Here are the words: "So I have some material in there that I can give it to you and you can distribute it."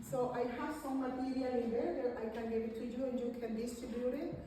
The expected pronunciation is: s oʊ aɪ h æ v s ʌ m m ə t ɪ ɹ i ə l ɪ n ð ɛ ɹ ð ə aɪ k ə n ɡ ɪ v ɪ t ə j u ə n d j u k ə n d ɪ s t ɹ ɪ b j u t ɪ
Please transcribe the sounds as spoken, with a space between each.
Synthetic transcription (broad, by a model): s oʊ aɪ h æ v s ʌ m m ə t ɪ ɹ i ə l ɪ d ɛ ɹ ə aɪ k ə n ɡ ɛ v ɪ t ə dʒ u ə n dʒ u k ə n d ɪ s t ɪ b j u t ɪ